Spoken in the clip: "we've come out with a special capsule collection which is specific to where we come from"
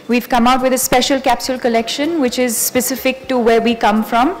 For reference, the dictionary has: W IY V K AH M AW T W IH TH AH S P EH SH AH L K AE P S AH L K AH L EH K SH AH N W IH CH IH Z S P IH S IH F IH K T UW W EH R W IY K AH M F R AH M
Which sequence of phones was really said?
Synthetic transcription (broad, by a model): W IY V K AH M AW T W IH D AH S P EH SH AH L K AE P S AH L K AH L EH K SH AH N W IH CH IH Z S P IH S IH F IH K T UW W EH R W IY K AH M F R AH M